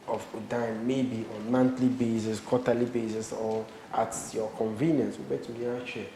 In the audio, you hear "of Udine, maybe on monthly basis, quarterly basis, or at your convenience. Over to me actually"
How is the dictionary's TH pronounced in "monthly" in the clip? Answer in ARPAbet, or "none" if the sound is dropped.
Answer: T